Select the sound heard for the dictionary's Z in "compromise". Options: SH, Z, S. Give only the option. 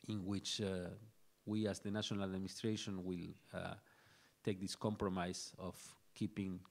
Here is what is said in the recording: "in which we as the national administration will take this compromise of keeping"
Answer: S